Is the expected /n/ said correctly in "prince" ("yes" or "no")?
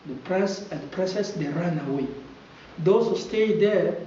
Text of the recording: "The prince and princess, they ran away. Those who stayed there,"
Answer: no